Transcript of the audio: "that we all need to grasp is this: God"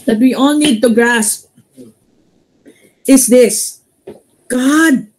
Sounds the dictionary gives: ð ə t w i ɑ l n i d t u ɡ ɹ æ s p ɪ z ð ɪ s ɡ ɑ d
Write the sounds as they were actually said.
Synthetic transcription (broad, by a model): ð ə t w i ɑ l n i d t u ɡ ɹ æ s p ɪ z ð ɪ s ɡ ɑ d